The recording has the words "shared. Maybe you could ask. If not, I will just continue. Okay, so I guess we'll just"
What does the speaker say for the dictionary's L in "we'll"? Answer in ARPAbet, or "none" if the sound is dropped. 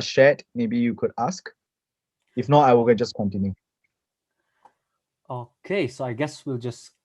L